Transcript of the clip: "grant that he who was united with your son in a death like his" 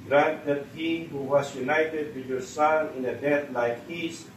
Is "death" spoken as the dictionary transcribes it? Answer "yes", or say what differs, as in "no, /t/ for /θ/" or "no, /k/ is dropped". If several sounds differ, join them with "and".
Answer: no, /t/ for /θ/